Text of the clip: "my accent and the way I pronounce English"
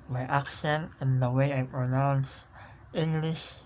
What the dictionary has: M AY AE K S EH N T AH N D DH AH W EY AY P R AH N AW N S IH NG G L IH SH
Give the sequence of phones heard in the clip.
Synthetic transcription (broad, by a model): M AY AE K SH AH N AH N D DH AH W EY AY P R AH N AW N S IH NG G L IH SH